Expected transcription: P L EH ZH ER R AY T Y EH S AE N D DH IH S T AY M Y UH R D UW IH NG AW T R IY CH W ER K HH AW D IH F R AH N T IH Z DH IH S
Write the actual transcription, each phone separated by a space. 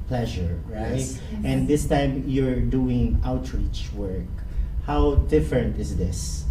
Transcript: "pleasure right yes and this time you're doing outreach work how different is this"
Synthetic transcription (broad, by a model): P L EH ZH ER R AY T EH N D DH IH S T AY M Y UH R D UW IH NG AW T R IY CH W ER K HH AW D IH F R AH N T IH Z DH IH S